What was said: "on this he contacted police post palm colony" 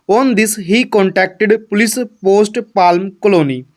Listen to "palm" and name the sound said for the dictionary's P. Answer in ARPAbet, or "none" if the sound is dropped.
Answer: P